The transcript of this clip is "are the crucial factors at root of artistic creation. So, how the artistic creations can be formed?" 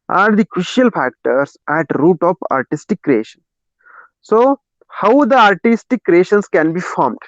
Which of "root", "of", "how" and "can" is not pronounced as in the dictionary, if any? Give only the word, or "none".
of